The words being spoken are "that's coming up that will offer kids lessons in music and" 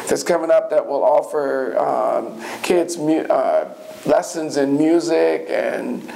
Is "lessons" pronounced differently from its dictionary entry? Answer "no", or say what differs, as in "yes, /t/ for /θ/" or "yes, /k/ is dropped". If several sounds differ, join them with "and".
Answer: no